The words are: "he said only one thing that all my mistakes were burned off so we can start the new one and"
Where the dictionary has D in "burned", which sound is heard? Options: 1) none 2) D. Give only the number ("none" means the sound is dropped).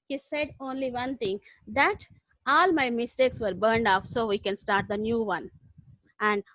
2